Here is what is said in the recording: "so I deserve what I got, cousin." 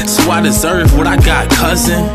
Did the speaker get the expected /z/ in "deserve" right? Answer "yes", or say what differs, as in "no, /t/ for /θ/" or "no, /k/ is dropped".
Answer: yes